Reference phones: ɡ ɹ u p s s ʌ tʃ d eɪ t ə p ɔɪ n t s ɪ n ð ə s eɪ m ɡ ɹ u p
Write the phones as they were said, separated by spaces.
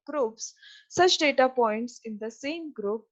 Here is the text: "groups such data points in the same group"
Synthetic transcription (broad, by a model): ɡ ɹ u p s s ʌ tʃ d eɪ t ə p ɔɪ n t s ɪ n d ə s eɪ m ɡ ɹ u p